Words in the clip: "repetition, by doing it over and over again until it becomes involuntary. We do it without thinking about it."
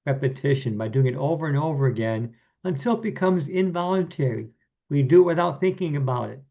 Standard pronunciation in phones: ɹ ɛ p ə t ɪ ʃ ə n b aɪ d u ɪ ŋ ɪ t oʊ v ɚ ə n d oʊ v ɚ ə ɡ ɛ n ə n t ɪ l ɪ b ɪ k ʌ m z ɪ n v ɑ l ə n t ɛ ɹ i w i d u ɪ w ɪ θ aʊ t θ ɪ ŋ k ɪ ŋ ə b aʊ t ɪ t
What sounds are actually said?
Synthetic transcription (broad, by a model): ɹ ɛ p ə t ɪ ʃ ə n b aɪ d u ɪ ŋ ɪ t oʊ v ɚ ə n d oʊ v ɚ ə ɡ ɛ n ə n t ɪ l b ɪ k ʌ m z ɪ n v ɑ l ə n t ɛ ɹ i w i d ɪ w ɪ θ aʊ t θ ɪ ŋ k ɪ ŋ ə b aʊ t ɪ t